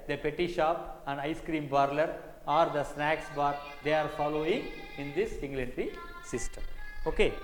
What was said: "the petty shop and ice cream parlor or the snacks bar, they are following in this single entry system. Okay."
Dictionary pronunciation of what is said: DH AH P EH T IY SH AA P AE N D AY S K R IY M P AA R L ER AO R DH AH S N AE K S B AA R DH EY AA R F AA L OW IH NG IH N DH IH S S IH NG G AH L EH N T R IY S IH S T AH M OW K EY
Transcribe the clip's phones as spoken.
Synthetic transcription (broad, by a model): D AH P EH T IY SH AA P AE N D AY S K R IY M B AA R L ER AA R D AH S N AE K S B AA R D EY AA R F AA L OW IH NG IH N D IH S S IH NG G L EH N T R IY S IH S T AH M OW K EY